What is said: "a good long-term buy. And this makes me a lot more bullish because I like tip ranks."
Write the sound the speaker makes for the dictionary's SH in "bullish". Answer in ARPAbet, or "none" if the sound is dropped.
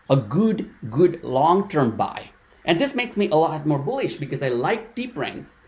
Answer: SH